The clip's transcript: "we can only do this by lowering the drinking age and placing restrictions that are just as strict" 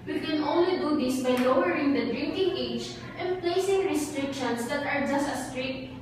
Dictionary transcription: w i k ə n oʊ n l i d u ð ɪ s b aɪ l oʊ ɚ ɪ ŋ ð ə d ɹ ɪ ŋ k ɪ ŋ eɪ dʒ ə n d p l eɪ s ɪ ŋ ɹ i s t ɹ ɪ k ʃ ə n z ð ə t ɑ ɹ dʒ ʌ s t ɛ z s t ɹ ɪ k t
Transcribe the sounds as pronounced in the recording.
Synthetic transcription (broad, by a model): w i k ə n oʊ n l i d u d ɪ s b aɪ l oʊ ɚ ɪ ŋ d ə d ɹ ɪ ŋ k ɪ ŋ eɪ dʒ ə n p l eɪ s ɪ ŋ ɹ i s t ɹ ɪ k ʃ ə n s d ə t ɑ ɹ dʒ ʌ s t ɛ s t ɹ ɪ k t